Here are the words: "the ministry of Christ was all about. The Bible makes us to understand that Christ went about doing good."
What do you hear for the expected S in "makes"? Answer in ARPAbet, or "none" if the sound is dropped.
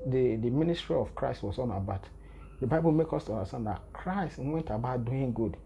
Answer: none